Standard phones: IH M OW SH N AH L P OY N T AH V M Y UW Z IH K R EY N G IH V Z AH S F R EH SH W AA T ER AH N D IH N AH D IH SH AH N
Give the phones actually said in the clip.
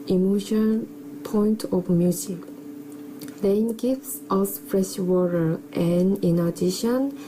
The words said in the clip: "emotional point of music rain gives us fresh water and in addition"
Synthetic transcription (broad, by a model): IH M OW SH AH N P OY N T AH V M Y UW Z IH K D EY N G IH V S AH S F R EH SH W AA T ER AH N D IH N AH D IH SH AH N